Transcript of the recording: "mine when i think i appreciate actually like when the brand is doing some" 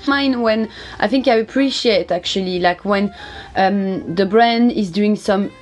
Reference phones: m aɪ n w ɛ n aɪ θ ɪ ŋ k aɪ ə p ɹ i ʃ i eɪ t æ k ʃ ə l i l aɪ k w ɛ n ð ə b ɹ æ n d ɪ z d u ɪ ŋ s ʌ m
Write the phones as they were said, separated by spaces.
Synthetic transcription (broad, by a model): m aɪ n w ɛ n aɪ θ ɪ ŋ k aɪ ə p ɹ i ʃ i eɪ t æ k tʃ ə l i l aɪ k w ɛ n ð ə b ɹ æ n d ɪ z d u ɪ ŋ s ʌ m